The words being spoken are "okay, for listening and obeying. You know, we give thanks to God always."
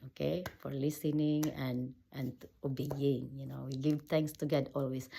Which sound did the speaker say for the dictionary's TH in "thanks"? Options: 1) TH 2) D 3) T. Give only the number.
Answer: 3